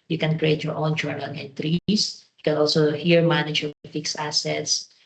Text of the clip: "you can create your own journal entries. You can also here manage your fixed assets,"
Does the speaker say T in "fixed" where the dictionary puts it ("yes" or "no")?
no